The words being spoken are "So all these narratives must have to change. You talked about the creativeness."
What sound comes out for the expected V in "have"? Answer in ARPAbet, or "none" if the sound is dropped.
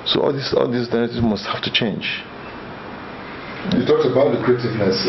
F